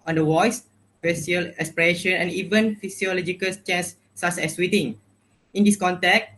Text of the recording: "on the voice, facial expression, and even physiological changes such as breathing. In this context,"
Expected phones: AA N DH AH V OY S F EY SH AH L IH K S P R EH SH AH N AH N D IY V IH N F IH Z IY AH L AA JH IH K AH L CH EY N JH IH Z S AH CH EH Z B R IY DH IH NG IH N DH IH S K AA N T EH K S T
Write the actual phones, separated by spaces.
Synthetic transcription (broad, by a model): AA N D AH W OY S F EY S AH L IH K S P R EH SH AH N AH N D IY V IH N F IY S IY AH L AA JH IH K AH L CH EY N S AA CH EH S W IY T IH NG IH N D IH S K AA N T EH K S